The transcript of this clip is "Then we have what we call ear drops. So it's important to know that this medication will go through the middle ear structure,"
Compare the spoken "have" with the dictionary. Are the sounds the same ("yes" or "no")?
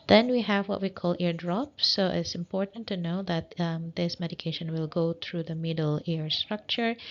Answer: yes